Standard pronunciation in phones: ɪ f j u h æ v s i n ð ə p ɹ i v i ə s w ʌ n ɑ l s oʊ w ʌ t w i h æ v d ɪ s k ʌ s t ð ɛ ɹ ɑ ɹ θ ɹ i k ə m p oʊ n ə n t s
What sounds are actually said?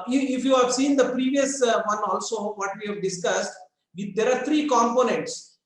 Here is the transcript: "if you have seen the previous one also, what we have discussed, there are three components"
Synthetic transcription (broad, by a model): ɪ f j u h æ v s i n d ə p ɹ i v i ə s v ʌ n ɑ l s oʊ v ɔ t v i h æ v d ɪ s k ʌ s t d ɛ ɹ ɑ ɹ t ɹ i k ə m p oʊ n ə n t s